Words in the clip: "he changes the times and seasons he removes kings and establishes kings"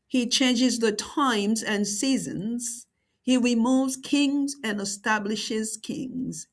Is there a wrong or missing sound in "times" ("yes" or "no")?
no